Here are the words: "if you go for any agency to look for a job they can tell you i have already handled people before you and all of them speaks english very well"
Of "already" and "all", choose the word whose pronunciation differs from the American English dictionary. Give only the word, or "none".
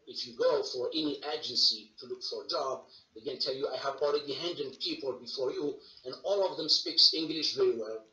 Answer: already